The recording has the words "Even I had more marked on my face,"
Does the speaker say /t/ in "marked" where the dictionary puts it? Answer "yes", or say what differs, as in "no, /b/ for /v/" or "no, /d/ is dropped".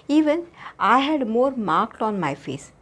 yes